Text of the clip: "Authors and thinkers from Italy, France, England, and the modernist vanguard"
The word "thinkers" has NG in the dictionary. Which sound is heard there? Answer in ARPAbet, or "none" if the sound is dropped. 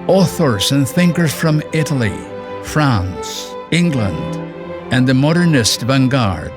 NG